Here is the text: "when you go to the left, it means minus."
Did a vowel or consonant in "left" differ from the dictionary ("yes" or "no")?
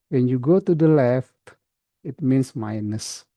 no